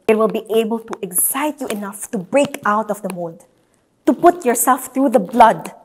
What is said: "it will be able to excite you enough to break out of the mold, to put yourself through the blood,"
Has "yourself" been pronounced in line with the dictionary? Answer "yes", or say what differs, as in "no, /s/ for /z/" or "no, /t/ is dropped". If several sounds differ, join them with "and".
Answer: yes